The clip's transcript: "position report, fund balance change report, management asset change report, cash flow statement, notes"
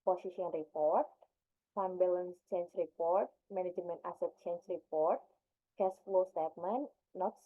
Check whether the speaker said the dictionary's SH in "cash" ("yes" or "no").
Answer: no